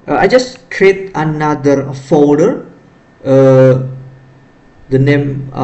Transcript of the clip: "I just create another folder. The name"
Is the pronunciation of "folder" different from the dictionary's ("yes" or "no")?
yes